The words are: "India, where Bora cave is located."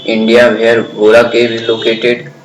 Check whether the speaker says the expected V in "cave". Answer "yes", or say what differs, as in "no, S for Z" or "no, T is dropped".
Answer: no, B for V